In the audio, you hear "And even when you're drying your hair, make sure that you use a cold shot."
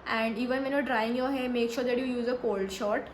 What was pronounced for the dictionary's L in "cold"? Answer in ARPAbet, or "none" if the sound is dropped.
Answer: L